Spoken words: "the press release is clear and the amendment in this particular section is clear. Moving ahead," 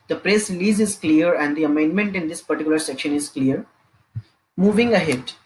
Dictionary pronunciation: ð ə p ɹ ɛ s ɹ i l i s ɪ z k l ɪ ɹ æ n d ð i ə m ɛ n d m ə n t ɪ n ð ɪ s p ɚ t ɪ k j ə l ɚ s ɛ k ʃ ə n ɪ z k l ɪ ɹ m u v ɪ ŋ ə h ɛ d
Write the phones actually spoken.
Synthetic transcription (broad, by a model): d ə p ɹ ɛ s ɹ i l i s ɪ z k l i ɹ æ n d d i ə m ɛ n d m ə n t ɪ n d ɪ s p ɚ t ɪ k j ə l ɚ s ɛ k ʃ ə n ɪ z k l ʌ ɹ m u v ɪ ŋ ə h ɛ d